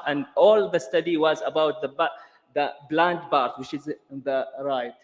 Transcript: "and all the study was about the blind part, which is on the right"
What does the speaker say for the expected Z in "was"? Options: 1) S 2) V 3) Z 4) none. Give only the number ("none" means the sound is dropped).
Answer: 3